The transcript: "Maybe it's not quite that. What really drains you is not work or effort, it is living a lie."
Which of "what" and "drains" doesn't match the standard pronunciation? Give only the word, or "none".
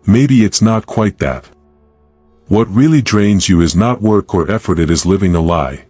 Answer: none